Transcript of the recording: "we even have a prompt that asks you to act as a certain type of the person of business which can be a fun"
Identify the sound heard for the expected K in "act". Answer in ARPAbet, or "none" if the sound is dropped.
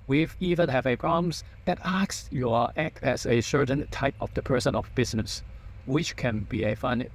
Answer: K